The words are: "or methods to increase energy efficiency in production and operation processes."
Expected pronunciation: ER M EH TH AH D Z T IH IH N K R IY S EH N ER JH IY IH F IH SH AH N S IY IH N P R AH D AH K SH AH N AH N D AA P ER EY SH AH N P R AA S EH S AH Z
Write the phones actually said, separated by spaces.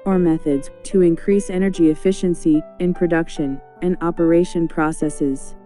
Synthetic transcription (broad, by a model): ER M EH TH AH D Z T IH IH N K R IY S EH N ER JH IY IH F IH SH AH N S IY IH N P R AH D AH K SH AH N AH N AA P ER EY SH AH N P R AA S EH S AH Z